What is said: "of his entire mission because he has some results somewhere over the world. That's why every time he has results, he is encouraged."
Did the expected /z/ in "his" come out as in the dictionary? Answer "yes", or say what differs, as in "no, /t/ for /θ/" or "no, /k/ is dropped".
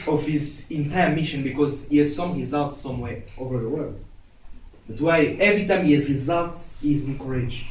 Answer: yes